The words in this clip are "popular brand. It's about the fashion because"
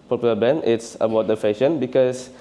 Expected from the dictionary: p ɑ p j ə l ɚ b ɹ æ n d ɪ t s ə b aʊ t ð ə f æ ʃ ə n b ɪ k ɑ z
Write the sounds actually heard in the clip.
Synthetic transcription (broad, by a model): p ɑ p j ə l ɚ b ɛ n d ɪ t s ə b aʊ t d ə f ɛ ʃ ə n b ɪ k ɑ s